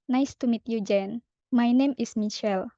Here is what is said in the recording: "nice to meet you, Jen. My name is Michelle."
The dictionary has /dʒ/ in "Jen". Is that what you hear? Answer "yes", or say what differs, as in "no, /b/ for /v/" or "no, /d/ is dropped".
yes